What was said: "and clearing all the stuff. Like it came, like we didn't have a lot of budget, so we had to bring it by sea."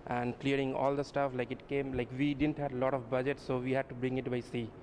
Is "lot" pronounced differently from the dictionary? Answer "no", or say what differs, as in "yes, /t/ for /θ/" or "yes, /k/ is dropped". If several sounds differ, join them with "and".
no